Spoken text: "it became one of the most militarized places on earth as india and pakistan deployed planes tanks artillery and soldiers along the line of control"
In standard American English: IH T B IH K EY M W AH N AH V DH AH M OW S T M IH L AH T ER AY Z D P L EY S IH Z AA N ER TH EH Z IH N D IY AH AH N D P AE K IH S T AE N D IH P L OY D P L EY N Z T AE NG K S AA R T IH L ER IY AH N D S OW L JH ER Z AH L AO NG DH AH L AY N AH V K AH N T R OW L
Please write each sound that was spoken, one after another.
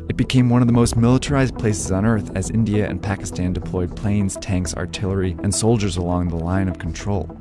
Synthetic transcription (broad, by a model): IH T B IH K EY M W AH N AH V DH AH M OW S T M IH L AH T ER AY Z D P L EY S IH Z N ER TH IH Z IH N D IY AH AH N P AE K IH S T AE N D IH P L OY D P L EY N Z T AE NG K S AA R T IH L ER IY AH N S OW L JH ER Z AH L AO NG DH AH L AY N AH V K N T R OW L